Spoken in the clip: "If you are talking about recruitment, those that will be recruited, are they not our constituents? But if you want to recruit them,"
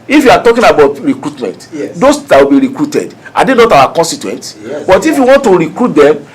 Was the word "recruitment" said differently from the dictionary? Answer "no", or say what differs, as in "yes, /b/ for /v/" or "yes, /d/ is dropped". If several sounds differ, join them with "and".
no